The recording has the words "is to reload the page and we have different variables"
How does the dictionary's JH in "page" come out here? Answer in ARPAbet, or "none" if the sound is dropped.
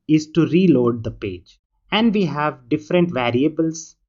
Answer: JH